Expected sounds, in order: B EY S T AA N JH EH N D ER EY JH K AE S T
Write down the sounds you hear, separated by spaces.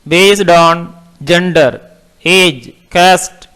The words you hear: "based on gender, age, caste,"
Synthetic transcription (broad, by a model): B EY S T AA N JH EH N D ER EY JH K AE S T